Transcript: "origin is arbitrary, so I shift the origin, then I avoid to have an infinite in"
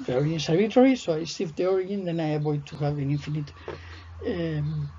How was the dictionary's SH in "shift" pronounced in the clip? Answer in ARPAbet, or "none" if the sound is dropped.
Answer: S